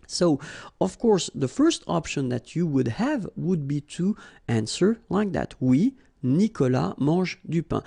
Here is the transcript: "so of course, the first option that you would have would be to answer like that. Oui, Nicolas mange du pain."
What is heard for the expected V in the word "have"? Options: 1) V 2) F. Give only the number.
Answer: 1